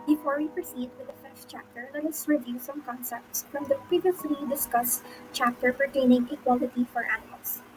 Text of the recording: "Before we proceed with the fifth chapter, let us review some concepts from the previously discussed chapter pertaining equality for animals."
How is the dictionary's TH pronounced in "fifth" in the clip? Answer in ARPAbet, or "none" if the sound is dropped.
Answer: S